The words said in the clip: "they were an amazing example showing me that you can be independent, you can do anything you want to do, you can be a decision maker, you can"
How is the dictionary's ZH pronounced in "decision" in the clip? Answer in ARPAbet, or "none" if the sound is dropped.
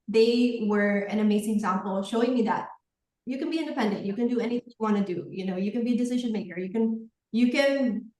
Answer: ZH